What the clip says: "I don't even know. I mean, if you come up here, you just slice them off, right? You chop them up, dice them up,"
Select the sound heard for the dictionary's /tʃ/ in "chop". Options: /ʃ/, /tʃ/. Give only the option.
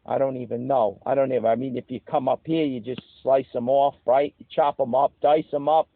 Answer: /tʃ/